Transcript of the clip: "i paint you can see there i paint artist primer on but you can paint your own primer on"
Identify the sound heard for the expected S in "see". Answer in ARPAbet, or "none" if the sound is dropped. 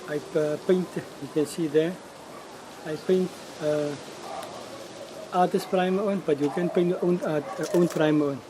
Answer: S